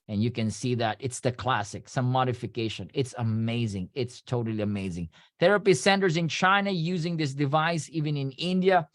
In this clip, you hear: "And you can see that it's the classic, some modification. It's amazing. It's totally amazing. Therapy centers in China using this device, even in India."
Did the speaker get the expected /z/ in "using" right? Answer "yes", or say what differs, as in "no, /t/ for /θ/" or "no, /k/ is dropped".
yes